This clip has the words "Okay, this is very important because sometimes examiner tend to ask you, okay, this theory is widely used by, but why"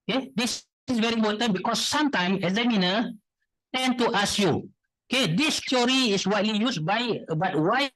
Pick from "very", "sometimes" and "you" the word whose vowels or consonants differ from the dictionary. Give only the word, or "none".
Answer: sometimes